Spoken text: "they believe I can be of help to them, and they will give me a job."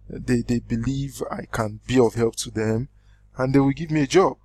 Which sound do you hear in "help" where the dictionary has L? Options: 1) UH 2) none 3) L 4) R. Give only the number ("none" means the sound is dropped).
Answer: 3